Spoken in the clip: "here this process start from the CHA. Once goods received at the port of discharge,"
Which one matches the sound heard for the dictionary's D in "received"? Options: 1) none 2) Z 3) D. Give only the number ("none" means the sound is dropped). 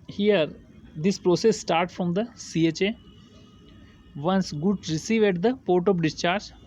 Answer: 1